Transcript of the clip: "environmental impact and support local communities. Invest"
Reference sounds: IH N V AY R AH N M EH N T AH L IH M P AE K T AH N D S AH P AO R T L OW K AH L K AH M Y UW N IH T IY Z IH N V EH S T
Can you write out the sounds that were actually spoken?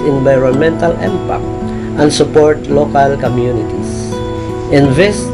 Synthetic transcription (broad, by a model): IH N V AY R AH N M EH N T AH L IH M P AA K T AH N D S AH P AO R T L OW K AH L K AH M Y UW N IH T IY S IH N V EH S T